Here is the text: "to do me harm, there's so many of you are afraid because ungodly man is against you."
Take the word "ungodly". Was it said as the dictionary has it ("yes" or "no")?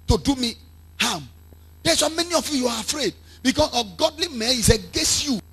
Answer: no